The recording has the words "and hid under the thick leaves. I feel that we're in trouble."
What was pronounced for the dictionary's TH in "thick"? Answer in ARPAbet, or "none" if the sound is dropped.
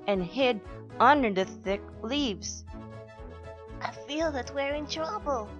TH